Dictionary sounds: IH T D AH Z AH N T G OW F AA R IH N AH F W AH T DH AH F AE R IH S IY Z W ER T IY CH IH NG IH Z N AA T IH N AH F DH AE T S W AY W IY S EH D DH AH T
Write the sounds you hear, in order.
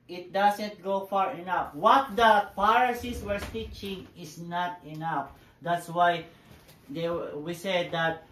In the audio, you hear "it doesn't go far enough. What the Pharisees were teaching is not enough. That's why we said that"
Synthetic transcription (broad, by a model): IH T D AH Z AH N T G OW F AA R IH N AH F W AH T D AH P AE R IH S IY S W ER T IY CH IH NG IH S N AA T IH N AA F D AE T S W AY W IY S EH D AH T